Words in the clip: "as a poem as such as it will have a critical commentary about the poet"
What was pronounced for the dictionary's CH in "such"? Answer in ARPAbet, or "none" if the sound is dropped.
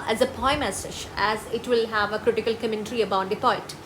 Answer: SH